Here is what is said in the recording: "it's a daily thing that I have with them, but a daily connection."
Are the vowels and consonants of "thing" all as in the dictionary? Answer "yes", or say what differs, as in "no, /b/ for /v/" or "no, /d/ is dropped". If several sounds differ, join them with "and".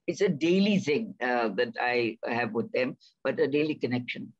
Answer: no, /s/ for /θ/